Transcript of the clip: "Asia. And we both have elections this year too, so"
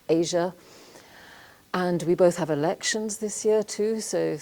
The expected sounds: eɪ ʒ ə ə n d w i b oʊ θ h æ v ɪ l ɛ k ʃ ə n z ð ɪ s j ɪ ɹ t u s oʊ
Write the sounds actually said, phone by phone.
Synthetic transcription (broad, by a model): eɪ ʒ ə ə n w i b oʊ θ h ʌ v ɪ l ɛ k ʃ ə n z ð ɪ s j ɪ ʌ t u s oʊ